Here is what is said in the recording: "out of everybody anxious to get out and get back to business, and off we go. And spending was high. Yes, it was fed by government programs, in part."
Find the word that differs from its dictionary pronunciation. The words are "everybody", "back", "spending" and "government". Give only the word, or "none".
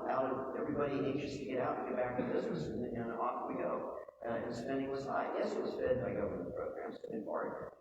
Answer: government